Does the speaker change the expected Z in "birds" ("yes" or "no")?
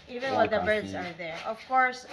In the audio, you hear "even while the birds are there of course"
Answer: no